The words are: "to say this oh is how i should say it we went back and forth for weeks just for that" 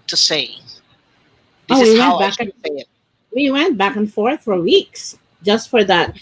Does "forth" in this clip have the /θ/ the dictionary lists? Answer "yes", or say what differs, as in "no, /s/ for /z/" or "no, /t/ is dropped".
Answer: yes